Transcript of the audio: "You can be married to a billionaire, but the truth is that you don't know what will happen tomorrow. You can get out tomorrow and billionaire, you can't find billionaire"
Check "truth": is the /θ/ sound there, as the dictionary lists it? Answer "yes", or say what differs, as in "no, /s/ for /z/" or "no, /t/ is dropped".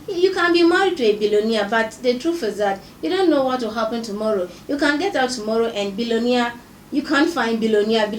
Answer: no, /f/ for /θ/